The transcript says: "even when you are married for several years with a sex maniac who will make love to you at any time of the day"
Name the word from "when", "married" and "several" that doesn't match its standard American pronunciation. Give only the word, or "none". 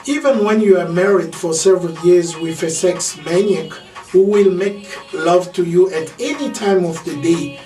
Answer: none